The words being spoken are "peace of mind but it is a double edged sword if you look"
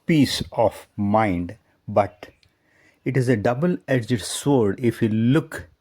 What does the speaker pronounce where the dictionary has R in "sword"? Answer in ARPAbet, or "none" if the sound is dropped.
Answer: R